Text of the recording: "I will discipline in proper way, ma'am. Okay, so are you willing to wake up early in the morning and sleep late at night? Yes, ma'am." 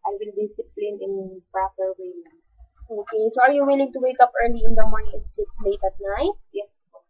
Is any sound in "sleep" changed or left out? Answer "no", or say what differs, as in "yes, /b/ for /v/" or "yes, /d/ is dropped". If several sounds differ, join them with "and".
yes, /l/ is dropped